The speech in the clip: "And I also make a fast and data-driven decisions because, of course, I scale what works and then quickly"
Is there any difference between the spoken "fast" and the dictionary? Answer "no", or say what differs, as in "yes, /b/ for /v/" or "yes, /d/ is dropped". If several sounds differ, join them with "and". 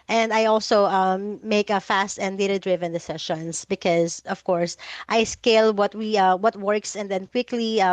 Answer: no